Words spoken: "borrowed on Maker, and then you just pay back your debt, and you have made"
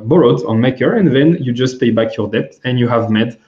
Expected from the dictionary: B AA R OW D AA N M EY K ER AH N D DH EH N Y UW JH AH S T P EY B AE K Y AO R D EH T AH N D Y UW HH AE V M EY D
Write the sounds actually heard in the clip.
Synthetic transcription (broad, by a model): B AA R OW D AA N M EY K ER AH N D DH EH N Y UW JH AH S T P EY B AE K Y AO R D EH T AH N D Y UW HH AE V M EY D